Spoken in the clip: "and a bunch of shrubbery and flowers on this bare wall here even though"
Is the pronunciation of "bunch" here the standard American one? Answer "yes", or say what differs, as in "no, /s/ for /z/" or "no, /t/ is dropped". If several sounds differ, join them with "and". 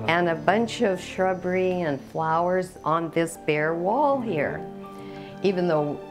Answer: yes